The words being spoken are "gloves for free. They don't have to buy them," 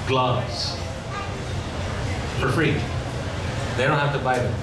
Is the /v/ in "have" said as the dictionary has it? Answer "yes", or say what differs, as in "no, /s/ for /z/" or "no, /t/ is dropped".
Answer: no, /f/ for /v/